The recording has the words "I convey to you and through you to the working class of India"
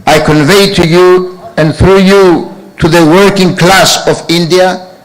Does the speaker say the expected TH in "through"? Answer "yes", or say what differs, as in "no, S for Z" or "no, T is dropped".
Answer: yes